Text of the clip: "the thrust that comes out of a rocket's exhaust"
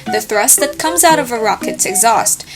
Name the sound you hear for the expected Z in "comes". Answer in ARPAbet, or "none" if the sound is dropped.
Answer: Z